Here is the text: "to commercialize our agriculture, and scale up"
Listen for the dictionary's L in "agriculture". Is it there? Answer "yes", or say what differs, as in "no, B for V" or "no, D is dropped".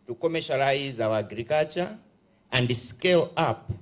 no, L is dropped